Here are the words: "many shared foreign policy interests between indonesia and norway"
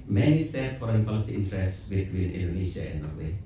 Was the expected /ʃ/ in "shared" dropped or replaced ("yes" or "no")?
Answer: yes